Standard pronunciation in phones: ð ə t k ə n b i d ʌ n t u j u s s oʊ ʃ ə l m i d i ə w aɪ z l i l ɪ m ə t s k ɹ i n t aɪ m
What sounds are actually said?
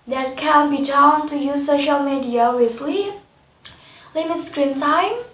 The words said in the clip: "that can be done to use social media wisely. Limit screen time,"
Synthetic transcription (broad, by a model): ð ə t k ə n b i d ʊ n t u j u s s oʊ ʃ ə l m i d i ə w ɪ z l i l ɪ m ə t s k ɹ i n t aɪ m